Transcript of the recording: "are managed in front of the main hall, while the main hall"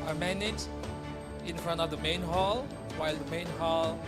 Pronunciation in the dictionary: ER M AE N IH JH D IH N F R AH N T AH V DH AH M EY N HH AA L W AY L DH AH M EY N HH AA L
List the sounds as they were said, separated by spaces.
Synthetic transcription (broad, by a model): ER M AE N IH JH IH N F R AH N T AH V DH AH M EY N HH AA L W AY L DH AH M EY N HH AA L